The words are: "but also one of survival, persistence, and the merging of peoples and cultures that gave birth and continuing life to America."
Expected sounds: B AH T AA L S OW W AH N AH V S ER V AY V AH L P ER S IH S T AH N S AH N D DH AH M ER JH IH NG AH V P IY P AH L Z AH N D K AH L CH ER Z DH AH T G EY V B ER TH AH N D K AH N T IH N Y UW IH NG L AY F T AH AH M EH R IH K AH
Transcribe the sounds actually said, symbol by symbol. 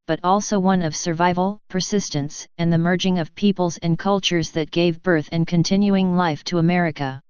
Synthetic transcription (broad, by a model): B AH T AA L S OW W AH N AH V S ER V AY V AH L P ER S IH S T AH N S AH N DH AH M ER JH IH NG AH V P IY P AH L Z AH N K AH L CH ER Z DH AH T G EY V B ER TH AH N K AH N T IH N Y UW IH NG L AY F T AH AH M EH R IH K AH